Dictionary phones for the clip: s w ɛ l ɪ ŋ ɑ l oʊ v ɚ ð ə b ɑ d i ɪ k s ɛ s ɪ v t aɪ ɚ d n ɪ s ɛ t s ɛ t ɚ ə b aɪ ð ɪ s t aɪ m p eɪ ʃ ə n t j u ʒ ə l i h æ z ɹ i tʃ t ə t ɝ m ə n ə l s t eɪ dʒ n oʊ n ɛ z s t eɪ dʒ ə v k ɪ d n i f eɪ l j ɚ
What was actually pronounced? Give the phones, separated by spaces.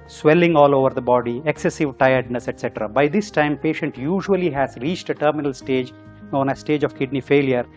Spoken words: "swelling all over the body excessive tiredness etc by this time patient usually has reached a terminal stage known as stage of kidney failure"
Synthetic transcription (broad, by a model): s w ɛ l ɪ ŋ ɑ l oʊ v ɚ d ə b ɑ d i ɪ k s ɛ s ɪ v t aɪ ɚ d n ɪ s ɛ t s ɛ t ɚ ə b aɪ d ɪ s t aɪ m p eɪ ʃ ə n t j u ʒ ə l i h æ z ɹ i tʃ t ə t ɝ m ə n ə l s t eɪ dʒ n oʊ n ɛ s t eɪ dʒ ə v k ɪ d n i f eɪ l j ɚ